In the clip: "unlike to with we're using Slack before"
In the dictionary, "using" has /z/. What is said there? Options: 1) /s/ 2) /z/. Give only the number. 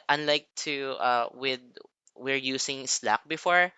1